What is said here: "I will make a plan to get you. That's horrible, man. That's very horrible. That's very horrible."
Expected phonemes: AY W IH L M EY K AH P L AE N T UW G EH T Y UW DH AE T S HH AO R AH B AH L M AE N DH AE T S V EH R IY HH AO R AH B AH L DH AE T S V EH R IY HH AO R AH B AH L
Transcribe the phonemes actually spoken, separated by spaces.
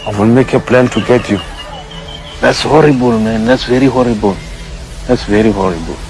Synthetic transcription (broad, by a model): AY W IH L M EY K AH P L AE N T UW G EH T Y UW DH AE T S HH AO R AH B AH L M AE N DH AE T S V EH R IY HH AO R AH B AH L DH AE T S V EH R IY HH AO R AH B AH L